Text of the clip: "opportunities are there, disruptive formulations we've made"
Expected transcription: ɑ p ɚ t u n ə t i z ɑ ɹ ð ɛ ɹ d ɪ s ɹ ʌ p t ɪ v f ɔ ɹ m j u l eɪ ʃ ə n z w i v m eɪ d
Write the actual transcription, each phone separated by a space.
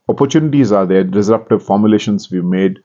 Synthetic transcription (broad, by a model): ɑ p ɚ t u n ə t i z ɑ ɹ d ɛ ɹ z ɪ ɹ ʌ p t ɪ v f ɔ ɹ m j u l eɪ ʃ ə n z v i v m eɪ d